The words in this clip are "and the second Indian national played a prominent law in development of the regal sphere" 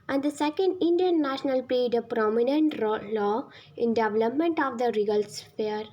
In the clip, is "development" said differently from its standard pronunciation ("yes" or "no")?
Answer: no